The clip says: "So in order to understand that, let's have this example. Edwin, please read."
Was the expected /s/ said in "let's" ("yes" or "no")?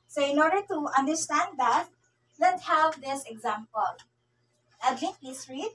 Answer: no